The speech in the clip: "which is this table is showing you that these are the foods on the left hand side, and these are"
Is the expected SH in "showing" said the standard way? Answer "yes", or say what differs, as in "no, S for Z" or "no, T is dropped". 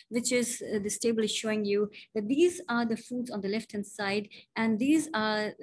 yes